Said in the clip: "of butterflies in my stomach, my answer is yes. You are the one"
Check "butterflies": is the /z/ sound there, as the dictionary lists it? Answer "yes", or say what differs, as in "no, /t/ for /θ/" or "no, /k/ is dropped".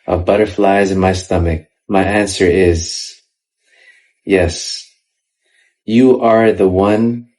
yes